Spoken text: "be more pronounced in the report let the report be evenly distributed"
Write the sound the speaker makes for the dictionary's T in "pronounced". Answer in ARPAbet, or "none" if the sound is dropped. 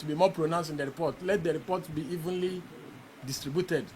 none